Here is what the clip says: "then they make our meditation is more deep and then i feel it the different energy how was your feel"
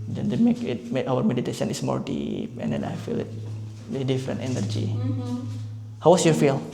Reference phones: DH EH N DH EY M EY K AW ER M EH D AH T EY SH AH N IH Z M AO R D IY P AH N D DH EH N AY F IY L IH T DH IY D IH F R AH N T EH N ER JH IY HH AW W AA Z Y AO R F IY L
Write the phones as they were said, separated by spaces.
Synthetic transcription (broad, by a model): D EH N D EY M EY K AW ER M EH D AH T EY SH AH N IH S M AO R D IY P AH N D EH N AY F IY L IH T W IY D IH F R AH N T EH N ER JH IY HH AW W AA S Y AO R F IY L